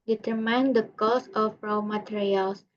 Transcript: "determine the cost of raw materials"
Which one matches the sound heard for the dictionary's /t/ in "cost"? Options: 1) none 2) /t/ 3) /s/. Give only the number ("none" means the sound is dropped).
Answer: 1